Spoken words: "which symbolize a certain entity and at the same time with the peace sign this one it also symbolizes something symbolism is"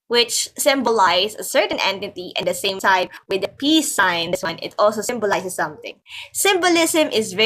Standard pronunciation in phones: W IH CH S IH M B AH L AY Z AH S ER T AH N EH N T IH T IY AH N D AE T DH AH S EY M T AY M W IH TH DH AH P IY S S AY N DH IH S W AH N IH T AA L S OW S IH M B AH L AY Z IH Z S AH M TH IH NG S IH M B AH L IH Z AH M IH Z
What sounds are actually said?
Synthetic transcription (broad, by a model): W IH CH S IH M B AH L AY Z AH S ER T AH N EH N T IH T IY AH N D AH S EY M S AY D W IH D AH P IY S S AY N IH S W AH N IH T AA L S OW S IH M B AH L AY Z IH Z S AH M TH IH NG S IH M B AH L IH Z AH M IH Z